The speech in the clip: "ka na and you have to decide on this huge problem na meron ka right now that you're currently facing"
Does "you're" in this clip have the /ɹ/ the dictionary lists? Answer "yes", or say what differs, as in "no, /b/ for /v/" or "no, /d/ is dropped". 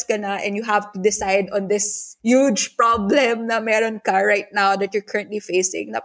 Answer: yes